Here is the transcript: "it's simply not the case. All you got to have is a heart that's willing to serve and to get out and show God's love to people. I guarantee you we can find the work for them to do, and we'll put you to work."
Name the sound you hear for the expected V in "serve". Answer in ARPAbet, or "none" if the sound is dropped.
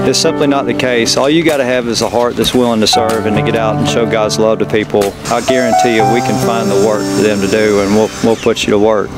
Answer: V